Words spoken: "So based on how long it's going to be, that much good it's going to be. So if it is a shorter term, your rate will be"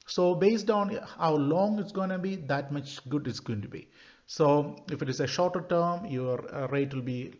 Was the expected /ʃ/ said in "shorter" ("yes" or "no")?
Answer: yes